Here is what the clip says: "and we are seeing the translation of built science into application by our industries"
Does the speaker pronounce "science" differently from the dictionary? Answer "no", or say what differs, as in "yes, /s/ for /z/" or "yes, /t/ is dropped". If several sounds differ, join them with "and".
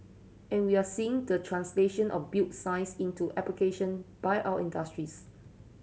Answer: yes, /n/ is dropped